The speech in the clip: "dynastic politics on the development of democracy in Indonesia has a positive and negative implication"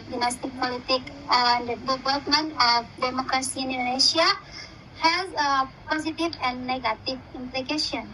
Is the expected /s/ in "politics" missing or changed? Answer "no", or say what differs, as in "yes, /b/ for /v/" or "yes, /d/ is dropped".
yes, /s/ is dropped